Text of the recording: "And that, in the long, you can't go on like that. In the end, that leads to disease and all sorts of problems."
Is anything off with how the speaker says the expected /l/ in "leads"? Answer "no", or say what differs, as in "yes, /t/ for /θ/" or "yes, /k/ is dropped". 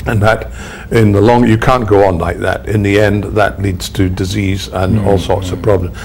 no